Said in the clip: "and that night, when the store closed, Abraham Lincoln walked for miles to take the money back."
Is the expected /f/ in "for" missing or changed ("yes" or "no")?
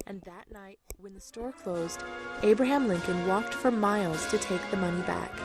no